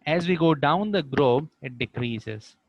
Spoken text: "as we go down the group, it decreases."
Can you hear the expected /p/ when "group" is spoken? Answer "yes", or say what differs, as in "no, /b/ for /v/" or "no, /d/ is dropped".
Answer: no, /b/ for /p/